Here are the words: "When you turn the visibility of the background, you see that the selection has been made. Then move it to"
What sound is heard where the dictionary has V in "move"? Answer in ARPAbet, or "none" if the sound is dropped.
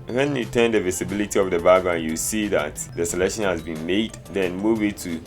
W